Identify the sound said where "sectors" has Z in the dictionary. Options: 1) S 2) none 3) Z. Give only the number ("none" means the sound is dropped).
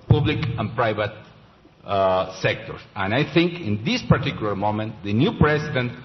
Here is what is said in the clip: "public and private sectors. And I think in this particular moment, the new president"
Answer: 1